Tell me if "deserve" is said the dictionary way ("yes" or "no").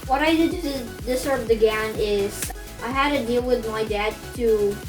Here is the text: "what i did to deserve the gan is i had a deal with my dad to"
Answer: no